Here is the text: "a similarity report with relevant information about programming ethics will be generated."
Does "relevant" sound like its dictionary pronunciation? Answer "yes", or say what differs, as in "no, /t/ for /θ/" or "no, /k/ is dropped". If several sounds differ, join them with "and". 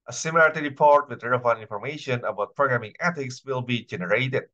no, /v/ is dropped and /t/ is dropped